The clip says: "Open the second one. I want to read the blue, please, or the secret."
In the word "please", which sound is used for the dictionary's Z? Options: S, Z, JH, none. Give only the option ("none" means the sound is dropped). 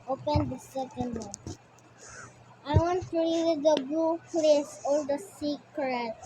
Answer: S